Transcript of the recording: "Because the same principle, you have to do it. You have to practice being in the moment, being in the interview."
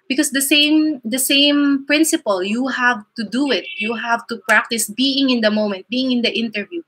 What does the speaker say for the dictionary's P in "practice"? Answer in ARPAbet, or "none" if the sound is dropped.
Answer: P